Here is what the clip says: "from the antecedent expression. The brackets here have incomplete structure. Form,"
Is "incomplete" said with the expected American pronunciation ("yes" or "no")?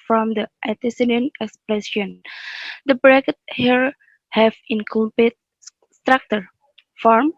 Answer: no